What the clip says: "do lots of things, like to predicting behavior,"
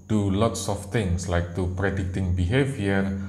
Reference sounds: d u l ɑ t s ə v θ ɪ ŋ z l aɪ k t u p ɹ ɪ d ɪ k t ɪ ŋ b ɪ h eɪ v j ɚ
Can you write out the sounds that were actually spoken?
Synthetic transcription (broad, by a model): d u l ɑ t s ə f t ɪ ŋ s l aɪ k t u p ɹ ɪ d ɪ k t ɪ ŋ b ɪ h eɪ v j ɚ